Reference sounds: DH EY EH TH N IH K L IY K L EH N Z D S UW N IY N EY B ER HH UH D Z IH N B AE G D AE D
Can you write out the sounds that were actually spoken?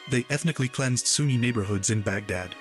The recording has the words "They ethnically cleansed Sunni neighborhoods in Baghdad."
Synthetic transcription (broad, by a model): DH EY EH TH N IH K L IY K L EH N Z D S UW N IY N EY B ER HH UH D Z IH N B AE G D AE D